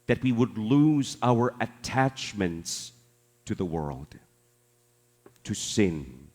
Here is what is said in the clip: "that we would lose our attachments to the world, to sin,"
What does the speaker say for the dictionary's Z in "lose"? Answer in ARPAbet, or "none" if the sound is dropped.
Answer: Z